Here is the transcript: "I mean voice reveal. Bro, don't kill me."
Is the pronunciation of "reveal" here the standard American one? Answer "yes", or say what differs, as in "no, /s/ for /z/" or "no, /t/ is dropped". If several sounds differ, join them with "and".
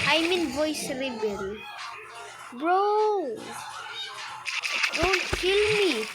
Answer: no, /b/ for /v/